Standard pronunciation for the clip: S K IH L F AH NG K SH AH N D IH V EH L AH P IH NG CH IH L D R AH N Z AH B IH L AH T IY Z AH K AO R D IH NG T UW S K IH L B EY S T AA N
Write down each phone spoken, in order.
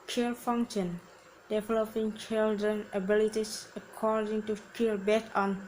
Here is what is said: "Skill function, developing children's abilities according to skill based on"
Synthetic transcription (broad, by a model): K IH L F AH NG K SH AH N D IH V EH L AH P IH NG CH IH L D R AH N AH B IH L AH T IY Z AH K AO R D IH NG T UW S K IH L B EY T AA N